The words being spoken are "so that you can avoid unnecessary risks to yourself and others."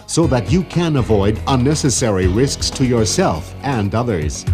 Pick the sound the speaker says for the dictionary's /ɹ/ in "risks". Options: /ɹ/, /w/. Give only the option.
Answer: /ɹ/